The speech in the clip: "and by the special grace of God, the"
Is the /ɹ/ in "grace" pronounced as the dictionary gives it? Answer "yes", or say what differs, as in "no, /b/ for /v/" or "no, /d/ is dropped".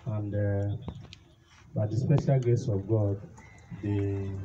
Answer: no, /ɹ/ is dropped